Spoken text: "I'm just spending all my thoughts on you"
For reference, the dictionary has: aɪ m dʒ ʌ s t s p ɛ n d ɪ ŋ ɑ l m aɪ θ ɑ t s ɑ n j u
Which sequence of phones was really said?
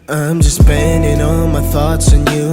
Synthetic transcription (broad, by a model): aɪ m dʒ ʌ s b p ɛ n d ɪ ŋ ɑ l m aɪ θ ɑ t s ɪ n j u